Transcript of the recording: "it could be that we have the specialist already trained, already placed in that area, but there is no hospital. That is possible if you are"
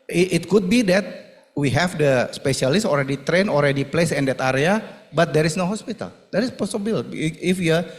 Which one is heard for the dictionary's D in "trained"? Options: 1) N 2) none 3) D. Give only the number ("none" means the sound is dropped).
2